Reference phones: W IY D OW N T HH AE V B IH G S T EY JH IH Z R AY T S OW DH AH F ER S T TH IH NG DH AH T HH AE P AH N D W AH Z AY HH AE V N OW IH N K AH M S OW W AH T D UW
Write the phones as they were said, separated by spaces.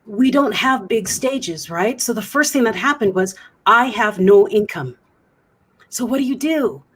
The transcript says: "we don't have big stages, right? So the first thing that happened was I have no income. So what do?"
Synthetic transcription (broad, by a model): W IY D OW N T HH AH V B IH G S T EY JH IH Z R AY T S OW DH AH F ER S T TH IH NG DH AH T HH AE P AH N D W AH Z AY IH V N OW IH N K AH M S OW W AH T D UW